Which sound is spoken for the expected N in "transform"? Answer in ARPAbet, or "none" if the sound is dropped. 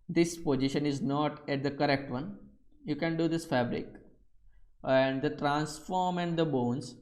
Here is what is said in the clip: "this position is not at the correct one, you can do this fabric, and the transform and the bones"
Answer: N